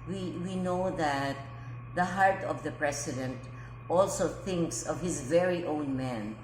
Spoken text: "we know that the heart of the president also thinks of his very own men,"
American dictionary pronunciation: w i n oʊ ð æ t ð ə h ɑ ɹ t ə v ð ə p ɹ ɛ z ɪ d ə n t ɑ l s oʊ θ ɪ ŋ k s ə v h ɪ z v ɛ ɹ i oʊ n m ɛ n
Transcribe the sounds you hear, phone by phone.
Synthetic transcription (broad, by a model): w i n oʊ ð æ t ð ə h ɑ ɹ t ə v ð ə p ɹ ɛ s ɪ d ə n t ɑ l s oʊ θ ɪ ŋ k s ə v h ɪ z v ɛ ɹ i oʊ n m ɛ n